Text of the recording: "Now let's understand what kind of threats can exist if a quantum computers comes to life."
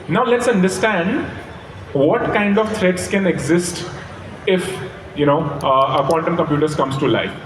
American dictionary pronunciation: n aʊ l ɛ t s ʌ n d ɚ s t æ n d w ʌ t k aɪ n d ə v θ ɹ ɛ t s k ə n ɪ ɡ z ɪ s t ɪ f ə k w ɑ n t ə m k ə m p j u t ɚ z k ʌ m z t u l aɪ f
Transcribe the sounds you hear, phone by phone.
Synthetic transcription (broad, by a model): n aʊ l ɛ t s ʌ n d ɚ s t æ n d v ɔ t k aɪ n d ə v t ɹ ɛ t s k ə n ɪ ɡ z ɪ s t ɪ f ə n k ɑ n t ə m k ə m p j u t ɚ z k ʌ m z t u l aɪ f